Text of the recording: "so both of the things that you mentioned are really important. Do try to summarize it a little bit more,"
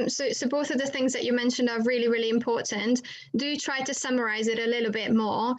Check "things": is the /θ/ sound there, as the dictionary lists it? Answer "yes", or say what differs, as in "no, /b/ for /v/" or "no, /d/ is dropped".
yes